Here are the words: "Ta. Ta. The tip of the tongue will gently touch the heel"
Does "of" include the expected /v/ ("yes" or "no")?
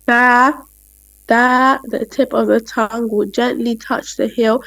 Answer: yes